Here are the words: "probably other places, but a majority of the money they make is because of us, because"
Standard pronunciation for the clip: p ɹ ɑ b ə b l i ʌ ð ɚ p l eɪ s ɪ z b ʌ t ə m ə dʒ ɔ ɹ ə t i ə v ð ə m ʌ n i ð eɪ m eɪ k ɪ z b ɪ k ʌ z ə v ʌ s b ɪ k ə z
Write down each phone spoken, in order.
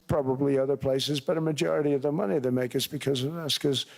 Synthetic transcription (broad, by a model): p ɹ ɑ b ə b l i ʌ ð ɚ p l eɪ s ɪ z b ʌ t ə m ə dʒ ɔ ɹ ə t i ə v ð ə m ʌ n i ð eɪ m eɪ k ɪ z b ɪ k ʌ z ə v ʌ s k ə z